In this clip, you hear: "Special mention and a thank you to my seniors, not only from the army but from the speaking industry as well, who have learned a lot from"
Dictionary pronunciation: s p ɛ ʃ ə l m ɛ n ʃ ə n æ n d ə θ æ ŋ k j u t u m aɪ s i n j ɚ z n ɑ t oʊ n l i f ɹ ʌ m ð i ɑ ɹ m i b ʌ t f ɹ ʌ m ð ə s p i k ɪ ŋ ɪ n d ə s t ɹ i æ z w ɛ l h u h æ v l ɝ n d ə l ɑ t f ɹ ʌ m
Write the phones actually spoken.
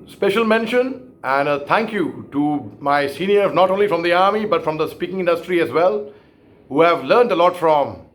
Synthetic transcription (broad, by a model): s p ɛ ʃ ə l m ɛ n ʃ ə n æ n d ə t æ ŋ k j u t u m aɪ s i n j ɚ n ɑ t oʊ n l i f ɹ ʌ m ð i ɑ ɹ m i b ʌ t f ɹ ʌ m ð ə s p i k ɪ ŋ ɪ n d ə s t ɹ i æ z w ɛ l h u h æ v l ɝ n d ə l ɑ t f ɹ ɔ m